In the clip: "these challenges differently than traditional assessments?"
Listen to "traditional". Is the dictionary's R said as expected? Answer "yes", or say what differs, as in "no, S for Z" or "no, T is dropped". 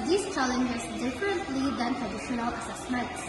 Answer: yes